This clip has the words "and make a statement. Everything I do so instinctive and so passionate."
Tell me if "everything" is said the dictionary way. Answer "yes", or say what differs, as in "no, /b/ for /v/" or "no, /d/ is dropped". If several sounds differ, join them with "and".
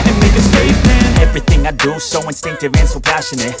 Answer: yes